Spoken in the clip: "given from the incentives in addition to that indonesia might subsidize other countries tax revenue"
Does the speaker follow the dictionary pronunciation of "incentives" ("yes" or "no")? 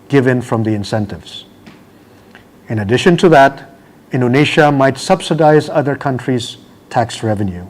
yes